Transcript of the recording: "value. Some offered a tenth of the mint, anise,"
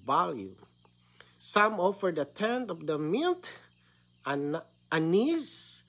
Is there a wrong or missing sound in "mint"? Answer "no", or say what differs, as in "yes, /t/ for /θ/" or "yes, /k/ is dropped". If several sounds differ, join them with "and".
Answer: yes, /l/ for /n/